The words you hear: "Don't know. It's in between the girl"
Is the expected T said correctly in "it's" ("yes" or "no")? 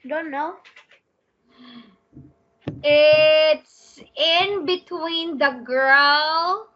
yes